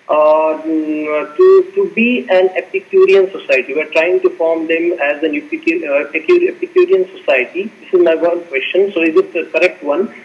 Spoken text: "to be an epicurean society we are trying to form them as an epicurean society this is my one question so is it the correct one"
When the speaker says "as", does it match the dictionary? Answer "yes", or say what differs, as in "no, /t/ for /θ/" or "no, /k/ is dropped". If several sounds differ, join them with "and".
yes